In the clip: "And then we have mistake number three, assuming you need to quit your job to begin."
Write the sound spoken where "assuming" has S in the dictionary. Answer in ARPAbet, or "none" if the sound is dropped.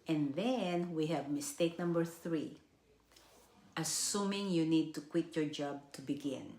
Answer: S